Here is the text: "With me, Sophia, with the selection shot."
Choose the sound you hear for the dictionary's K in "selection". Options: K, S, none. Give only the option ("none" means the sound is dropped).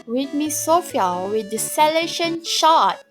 none